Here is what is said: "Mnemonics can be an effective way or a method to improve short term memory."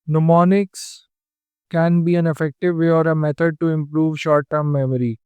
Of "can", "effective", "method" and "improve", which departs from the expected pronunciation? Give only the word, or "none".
method